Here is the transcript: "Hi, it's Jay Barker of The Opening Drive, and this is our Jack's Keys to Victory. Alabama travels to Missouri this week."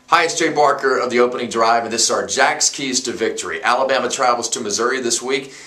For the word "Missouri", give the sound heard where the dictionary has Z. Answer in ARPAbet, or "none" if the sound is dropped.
Z